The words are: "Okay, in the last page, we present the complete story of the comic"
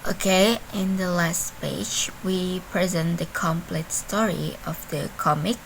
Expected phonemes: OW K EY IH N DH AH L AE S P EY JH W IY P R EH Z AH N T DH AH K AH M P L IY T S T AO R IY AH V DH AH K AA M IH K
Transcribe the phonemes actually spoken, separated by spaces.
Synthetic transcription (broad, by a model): OW K EY IH N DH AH L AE S P EY JH W IY P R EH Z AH N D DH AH K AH M P L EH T S T AO R IY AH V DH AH K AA M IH K